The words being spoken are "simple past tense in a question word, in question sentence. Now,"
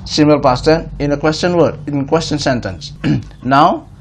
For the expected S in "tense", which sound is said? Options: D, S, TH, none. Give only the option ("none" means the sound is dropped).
none